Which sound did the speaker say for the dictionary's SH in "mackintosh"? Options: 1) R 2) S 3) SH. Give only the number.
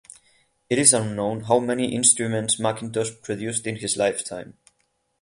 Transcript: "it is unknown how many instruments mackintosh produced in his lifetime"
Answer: 2